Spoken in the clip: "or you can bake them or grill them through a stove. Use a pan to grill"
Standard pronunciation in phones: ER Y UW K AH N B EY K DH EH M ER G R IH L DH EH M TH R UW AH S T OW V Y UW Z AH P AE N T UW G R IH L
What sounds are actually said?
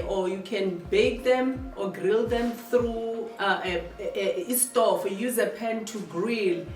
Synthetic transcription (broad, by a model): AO Y UW K AH N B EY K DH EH M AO G R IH L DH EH M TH R UW AH S T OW F Y UW Z AH P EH N T UW G R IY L